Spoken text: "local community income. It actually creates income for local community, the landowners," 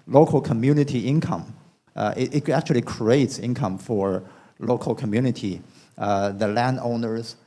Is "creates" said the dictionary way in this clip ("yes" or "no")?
yes